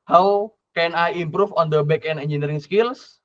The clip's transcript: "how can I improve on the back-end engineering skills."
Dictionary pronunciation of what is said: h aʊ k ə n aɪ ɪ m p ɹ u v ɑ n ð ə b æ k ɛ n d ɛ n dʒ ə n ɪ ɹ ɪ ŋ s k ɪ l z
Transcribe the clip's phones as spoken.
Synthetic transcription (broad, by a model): h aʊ k ə n aɪ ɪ m p ɹ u f ɑ n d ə b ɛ k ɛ n ɛ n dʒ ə n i ɹ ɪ ŋ s k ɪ l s